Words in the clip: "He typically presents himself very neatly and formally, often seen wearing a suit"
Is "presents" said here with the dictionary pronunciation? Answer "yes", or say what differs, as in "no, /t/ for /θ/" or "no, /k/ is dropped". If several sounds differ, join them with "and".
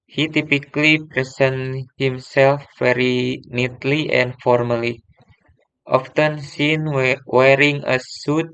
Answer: no, /s/ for /z/ and /s/ is dropped